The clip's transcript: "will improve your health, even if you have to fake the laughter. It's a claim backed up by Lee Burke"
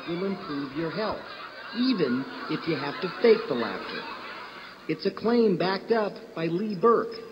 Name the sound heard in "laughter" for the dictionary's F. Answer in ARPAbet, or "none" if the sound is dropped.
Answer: F